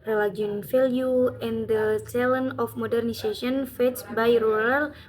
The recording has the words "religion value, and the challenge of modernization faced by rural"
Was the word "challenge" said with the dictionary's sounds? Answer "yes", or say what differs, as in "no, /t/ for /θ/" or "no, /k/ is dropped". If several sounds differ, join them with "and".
no, /dʒ/ is dropped